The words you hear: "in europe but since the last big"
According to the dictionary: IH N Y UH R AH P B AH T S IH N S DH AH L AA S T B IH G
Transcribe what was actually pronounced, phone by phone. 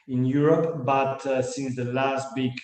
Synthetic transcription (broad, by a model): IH N Y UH R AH P B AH T S IH N S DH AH L AA S T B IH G